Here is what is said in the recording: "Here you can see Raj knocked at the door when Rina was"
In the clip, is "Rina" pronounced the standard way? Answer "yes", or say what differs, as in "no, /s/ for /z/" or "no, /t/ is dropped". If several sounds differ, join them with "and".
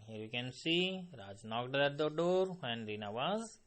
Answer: yes